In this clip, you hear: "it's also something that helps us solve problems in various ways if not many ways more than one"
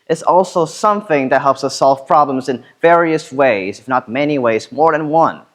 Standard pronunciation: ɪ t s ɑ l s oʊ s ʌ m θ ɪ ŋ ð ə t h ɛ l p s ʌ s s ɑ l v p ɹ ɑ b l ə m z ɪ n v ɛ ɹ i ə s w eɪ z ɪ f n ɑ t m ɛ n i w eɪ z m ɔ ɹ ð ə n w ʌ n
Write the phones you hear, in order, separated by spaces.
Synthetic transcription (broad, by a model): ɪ t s ɑ l s oʊ s ʌ m θ ɪ ŋ ð ə t h ɛ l p s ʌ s s ɑ l v p ɹ ɑ b l ə m z ɪ n v ɛ ɹ i ə s w eɪ z ɪ f n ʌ t m ɛ n i w eɪ z m ɔ ɹ ð ə n w ʌ n